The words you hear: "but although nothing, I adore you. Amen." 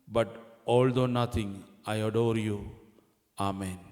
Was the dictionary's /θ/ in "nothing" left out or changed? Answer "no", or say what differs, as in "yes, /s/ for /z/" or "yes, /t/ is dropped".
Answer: yes, /t/ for /θ/